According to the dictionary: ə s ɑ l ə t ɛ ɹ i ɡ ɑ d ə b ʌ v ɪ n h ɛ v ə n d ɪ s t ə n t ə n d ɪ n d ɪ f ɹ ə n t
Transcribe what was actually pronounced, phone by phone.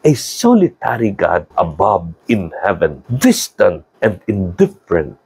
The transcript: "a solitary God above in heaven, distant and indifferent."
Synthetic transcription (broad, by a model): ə s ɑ l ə t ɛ ɹ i ɡ ɑ d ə b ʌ b ɪ n h ɛ v ə n d ɪ s t ə n t ə n d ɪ n d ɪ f ɹ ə n t